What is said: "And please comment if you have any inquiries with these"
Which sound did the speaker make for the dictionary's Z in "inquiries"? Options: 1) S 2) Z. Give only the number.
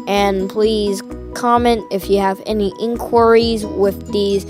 2